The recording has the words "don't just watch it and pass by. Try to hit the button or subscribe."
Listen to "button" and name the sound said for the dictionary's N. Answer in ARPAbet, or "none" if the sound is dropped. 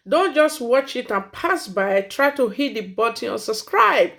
none